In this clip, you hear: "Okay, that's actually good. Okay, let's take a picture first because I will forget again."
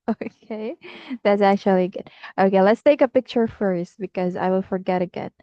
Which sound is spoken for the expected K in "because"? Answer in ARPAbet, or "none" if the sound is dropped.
K